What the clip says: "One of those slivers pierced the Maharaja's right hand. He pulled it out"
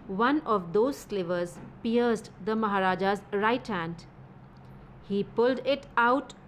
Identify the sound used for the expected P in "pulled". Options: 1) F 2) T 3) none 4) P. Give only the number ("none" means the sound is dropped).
4